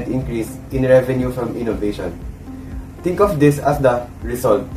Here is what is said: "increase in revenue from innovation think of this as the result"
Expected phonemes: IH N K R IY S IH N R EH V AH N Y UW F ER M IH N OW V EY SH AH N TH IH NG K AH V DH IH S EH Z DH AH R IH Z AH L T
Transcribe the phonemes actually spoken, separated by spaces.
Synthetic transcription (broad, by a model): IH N K R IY S IH N R EH V AH N Y UW F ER M IH N OW V EY SH AH N T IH NG K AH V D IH S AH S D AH R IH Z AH L T